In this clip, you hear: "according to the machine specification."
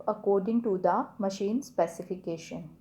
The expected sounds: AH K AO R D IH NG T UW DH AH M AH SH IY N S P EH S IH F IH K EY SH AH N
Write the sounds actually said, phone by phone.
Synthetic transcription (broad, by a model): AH K AO R D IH NG T UW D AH M AH SH IY N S P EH S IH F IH K EY SH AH N